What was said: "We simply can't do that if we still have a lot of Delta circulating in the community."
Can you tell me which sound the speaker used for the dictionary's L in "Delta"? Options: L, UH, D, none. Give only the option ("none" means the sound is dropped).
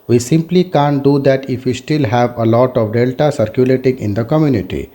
L